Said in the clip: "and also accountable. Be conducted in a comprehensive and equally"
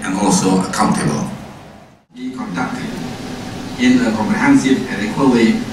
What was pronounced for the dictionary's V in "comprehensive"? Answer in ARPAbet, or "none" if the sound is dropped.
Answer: none